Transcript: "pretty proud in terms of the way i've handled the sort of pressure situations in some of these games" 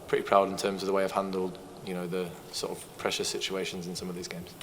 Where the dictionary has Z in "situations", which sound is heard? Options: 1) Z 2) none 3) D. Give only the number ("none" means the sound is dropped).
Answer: 1